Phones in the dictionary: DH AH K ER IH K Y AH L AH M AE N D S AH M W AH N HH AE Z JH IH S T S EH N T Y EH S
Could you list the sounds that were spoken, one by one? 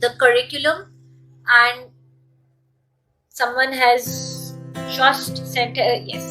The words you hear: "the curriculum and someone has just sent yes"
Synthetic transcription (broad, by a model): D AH K ER IH K Y AH L AH M AE N D S AH M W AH N HH AE Z SH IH S T S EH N T Y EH S